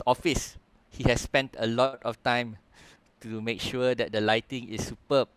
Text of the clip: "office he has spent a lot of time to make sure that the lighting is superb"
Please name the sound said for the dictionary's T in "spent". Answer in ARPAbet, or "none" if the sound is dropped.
T